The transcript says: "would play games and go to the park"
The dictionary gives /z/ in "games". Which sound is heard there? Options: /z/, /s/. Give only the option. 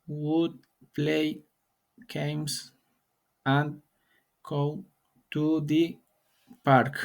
/s/